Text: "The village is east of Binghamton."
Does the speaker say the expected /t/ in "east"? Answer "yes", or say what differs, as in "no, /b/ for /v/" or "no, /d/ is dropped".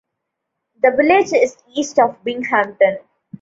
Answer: yes